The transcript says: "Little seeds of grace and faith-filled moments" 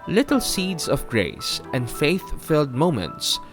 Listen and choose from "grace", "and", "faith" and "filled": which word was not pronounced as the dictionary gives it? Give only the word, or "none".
none